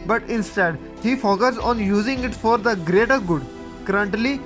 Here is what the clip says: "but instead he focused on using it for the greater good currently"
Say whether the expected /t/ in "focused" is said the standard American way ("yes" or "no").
no